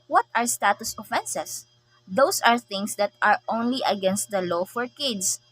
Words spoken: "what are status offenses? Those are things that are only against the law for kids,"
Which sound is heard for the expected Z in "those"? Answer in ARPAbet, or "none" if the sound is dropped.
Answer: S